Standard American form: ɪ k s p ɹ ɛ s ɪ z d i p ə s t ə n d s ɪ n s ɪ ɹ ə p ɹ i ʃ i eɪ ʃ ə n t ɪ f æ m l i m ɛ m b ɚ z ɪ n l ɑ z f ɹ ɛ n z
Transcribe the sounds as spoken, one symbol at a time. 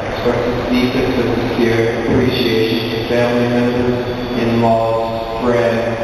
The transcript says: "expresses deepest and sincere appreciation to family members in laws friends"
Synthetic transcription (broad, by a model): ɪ k s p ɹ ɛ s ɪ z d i f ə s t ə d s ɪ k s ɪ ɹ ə p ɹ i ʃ i eɪ ʃ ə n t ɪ f æ m l i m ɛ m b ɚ z ɪ n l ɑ f ɹ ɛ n